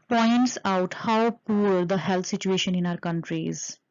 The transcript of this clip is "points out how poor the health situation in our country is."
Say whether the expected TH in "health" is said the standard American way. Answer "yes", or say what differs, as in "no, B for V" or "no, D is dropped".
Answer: no, T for TH